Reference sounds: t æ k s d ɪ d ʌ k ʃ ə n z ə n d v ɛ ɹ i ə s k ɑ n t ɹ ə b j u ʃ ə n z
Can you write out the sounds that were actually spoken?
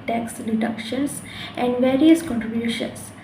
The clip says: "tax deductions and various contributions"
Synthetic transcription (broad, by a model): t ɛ k s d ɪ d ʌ k ʃ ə n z ə n d v ɛ ɹ i ə s k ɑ n t ɹ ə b j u ʃ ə n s